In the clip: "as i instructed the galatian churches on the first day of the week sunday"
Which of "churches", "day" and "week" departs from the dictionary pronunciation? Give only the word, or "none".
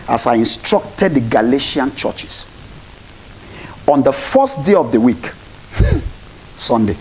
churches